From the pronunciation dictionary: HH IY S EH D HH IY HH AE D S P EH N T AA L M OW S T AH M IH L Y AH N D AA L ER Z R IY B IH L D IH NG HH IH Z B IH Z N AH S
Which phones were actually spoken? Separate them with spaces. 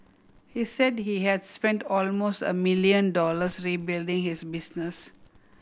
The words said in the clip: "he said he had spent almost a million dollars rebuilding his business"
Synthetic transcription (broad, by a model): HH IY S EH D HH IY HH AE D S P EH N T AA L M OW S T AH M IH L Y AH N D AA L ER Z R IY B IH L D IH NG HH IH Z B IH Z N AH S